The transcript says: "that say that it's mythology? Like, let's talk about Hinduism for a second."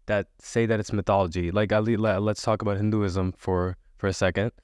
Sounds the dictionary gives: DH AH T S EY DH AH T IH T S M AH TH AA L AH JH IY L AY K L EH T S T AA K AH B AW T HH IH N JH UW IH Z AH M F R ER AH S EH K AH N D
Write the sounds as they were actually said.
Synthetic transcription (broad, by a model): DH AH T S EY DH AH T IH T S M AH TH AA L AH JH IY L AY K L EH T S T AA K AH B AW T HH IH N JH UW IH Z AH M F R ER AH S EH K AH N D